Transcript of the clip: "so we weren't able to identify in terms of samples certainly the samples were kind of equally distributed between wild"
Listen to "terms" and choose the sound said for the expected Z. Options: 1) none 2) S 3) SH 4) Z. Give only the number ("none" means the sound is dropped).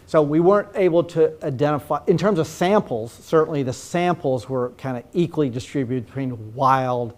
4